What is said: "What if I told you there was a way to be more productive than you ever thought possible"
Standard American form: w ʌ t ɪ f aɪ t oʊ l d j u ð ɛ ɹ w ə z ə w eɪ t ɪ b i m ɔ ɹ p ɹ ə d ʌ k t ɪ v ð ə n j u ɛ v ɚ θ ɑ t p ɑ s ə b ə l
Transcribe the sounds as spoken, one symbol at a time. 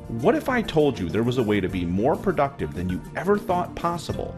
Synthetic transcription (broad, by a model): w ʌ t ɪ f aɪ t oʊ l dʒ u ð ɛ ɹ w ə z ə w eɪ t ɪ b i m ɔ ɹ p ɹ ə d ʌ k t ɪ v ð ə n j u ɛ v ɚ θ ɑ t p ɑ s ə b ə l